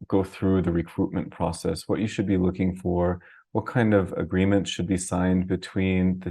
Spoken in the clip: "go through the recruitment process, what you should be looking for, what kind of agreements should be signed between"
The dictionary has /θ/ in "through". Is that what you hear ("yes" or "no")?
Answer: yes